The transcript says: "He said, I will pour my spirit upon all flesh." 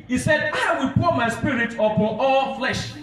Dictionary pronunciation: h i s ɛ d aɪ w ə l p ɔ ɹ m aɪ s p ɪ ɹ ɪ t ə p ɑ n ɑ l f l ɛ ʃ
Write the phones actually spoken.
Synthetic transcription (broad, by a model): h i s ɛ d aɪ w ə l p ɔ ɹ m aɪ s p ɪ ɹ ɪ t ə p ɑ ɑ l f l ɛ ʃ